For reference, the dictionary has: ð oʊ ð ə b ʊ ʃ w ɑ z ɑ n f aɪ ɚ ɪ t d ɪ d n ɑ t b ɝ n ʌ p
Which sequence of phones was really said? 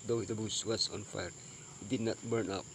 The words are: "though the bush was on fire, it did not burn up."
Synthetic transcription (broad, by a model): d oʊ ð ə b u s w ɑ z ɑ n f aɪ ɚ ɪ t d ɪ d n ɑ t b ɝ n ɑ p